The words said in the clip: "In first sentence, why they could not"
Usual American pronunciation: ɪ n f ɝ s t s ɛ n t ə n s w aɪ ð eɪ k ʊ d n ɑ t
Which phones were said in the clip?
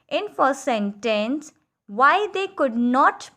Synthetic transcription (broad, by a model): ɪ n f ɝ t s ɛ n t ə n s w aɪ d eɪ k ʊ d n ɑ t